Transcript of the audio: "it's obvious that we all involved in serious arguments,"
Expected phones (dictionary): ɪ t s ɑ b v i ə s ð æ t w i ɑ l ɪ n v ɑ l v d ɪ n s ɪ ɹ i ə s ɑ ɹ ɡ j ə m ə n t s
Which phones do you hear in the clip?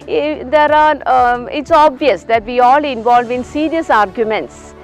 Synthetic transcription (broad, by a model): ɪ t s ɑ b v i ə s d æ t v i ɑ l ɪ n v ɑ l v ɪ n s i ɹ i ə s ɑ ɹ ɡ j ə m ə n t s